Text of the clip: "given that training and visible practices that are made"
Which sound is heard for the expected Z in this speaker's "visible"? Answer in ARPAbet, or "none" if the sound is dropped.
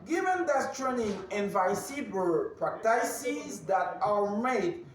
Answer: S